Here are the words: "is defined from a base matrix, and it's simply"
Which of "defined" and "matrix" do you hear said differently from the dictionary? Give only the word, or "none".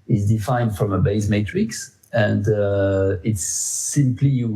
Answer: none